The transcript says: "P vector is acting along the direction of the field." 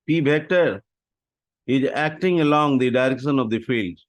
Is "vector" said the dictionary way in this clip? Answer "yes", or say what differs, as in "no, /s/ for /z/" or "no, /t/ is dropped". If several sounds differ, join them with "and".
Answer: no, /b/ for /v/